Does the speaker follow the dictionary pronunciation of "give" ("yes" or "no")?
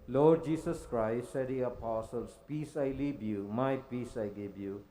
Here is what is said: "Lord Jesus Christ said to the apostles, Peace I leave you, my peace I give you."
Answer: no